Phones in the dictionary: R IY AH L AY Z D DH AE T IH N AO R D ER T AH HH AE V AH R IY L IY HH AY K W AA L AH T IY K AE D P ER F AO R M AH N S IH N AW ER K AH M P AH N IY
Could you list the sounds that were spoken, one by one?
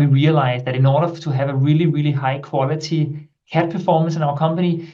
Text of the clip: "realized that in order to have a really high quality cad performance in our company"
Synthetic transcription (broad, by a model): R IY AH L AY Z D DH AE T IH N AO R D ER T AH HH AE V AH R IY L IY HH AY K W AA L AH T IY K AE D P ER F AO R M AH N S IH N AW ER K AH M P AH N IY